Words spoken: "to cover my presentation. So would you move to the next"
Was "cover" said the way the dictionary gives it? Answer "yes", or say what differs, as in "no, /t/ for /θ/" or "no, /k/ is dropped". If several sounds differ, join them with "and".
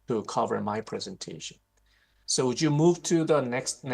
yes